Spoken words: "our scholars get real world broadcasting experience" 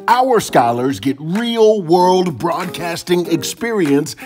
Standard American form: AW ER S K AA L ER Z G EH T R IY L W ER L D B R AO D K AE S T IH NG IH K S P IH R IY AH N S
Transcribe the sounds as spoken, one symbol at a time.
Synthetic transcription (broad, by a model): AW ER S K AA L ER Z G EH T R IY L W ER L D B R AO D K AE S T IH NG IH K S P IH R IY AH N S